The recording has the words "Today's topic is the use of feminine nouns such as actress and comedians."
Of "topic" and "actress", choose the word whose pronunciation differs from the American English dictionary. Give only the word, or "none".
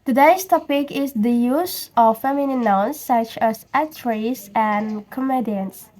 actress